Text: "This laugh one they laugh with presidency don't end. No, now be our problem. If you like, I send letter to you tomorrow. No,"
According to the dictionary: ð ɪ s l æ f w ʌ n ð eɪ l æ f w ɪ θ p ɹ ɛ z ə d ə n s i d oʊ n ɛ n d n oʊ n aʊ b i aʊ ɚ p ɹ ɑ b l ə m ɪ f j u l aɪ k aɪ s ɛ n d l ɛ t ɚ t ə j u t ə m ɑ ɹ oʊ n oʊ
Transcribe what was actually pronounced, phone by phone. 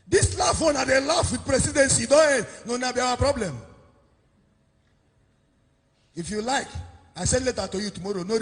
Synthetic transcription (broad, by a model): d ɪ s l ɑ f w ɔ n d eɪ l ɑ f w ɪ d p ɹ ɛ s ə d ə n s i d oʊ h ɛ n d n oʊ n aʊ b i aʊ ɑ p ɹ ɑ b l ə m ɪ f j u l aɪ k aɪ s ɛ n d l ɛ t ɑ t ə j u t ə m ɑ ɹ oʊ n oʊ